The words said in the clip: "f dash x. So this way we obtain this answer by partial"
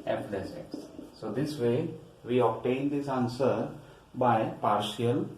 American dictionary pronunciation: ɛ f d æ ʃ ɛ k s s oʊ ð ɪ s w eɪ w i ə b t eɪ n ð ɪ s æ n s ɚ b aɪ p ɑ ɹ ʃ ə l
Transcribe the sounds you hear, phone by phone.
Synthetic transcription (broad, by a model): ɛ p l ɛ s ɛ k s s oʊ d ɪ s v eɪ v i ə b t eɪ n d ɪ s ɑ n s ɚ b aɪ p ɑ ɹ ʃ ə l